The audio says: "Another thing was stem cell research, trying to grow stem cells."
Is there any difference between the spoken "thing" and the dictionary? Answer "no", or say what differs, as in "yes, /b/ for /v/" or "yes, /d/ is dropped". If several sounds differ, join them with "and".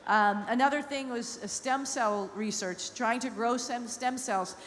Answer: no